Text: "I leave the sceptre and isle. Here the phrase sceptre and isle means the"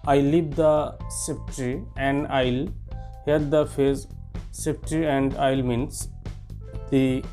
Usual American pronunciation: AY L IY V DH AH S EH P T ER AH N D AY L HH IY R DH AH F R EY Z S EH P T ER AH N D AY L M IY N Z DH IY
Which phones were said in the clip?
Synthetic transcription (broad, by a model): AY L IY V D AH S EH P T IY AH N D AY L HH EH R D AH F EY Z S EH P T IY AH N D AY L M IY N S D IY